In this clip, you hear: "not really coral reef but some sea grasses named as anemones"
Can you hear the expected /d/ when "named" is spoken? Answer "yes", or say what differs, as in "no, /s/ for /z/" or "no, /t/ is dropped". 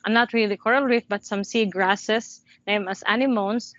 no, /d/ is dropped